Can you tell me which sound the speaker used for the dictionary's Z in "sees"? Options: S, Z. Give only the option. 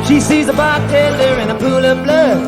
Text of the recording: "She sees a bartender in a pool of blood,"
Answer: Z